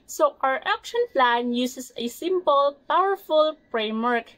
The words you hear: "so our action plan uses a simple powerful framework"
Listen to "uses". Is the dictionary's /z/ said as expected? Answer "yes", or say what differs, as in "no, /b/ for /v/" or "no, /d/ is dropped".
no, /s/ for /z/